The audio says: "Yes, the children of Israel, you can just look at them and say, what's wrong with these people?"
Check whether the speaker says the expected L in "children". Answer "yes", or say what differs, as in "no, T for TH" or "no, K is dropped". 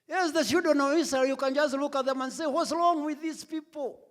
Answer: no, L is dropped